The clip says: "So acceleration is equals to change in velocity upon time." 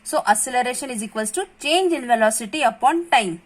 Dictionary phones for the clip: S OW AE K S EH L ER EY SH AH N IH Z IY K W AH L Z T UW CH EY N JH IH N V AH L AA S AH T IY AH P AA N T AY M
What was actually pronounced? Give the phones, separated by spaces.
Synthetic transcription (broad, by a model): S OW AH S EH L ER EY SH AH N IH Z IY K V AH L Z T UW CH EY N JH IH N V AH L AA S AH T IY AH P AA N T AY M